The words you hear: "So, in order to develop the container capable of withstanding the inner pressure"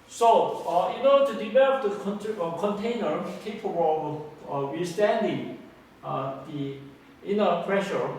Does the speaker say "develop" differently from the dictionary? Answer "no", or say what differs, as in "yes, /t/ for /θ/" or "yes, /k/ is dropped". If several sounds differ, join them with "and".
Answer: no